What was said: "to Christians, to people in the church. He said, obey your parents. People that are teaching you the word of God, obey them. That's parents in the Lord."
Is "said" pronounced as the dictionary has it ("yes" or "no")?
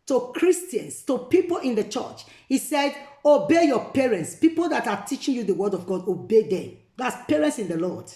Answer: yes